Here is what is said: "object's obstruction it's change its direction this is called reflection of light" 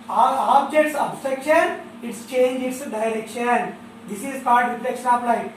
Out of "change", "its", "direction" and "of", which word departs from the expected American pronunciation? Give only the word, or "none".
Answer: of